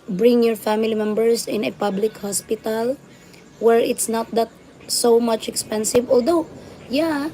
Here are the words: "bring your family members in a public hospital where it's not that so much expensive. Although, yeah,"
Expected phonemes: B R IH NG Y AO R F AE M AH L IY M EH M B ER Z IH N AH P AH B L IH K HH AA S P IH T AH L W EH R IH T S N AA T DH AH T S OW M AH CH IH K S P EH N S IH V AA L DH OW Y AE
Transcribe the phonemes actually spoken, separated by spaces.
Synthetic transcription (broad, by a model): B R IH NG Y AO R F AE M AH L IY M EH M B ER S IH N AH P AH B L IH K HH AA S P IH T AH L W EH R IH T S N AA T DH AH T S OW M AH CH IH K S P EH N S IH V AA L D OW Y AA